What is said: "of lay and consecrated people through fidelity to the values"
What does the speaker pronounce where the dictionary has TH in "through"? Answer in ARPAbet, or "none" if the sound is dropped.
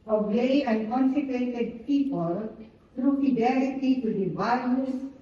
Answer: T